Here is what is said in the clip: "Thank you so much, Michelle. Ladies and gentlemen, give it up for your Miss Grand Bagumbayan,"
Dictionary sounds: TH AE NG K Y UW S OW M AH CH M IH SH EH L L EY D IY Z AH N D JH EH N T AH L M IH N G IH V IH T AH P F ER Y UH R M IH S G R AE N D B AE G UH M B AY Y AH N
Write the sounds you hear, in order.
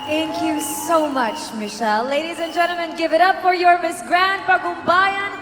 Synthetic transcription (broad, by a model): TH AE NG K Y UW S OW M AH CH M IH SH EH L L EY D IY Z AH N JH EH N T L M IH N G IH V IH T AH P F ER Y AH R M IH S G R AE N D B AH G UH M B AY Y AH N